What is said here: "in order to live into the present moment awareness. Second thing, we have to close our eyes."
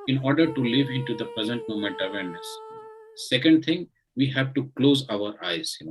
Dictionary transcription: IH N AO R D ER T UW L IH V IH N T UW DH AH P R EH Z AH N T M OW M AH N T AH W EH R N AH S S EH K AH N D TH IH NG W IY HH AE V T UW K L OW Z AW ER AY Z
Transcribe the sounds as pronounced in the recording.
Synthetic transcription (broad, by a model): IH N AO R D ER T UW L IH V IH N T UW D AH P R EH Z AH N T M OW M AH N T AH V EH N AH S S EH K AH N D T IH NG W IY HH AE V T UW K L OW Z AW ER AY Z